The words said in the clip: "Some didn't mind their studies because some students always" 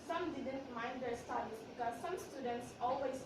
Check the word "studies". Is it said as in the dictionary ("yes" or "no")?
no